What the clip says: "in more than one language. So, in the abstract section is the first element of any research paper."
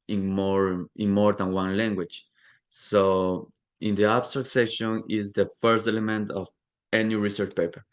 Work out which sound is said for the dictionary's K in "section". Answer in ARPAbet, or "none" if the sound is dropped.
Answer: none